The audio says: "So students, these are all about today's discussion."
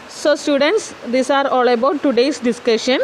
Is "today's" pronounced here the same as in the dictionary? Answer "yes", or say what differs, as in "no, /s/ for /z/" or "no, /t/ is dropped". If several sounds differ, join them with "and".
no, /s/ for /z/